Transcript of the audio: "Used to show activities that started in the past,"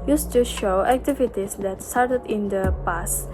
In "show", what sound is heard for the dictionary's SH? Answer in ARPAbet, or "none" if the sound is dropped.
SH